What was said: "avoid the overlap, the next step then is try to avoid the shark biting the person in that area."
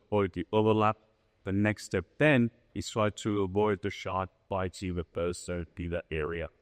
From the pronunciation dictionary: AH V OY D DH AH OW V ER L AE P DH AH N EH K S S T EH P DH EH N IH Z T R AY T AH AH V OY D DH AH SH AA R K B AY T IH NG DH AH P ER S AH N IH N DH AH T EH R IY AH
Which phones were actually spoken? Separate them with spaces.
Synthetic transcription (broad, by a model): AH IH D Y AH OW V ER L AE P DH AH N EH K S S T EH P DH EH N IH S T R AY T AH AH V OY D DH AH SH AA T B AY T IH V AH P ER AH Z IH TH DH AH T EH R IY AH